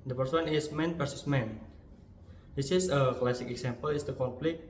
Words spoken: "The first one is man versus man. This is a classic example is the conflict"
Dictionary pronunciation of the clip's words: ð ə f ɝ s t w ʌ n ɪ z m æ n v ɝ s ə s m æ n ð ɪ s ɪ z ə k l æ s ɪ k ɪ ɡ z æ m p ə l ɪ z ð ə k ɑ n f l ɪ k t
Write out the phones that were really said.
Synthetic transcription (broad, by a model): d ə p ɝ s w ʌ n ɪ s m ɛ n p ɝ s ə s m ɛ n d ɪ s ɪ s ə k l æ s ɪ k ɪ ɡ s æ m p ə l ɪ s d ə k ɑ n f l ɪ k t